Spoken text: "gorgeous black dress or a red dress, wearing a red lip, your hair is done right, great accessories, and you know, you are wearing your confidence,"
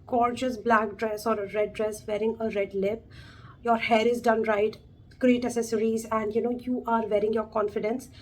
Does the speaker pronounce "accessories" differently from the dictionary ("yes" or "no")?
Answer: yes